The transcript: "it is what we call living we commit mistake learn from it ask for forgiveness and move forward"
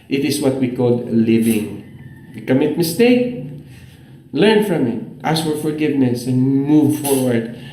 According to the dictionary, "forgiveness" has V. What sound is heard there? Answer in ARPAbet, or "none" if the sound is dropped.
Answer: V